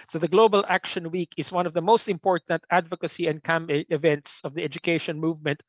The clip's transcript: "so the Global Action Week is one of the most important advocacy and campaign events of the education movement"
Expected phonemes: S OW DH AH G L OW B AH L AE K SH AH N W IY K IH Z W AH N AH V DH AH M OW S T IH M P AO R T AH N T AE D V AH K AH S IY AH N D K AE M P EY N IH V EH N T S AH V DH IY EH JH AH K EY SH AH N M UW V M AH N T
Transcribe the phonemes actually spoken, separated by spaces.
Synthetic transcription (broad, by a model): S OW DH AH G L OW B AH L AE K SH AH N W IY K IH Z W AH N AH V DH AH M OW S T IH M P AO R T AH N T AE D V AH K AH S IY AH N D K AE M EY IH V EH N T S AH V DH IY EH JH AH K EY SH AH N M UW V M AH N T